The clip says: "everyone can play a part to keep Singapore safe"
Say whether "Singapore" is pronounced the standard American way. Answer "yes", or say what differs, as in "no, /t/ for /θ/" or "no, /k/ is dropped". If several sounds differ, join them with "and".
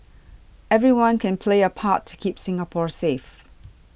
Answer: yes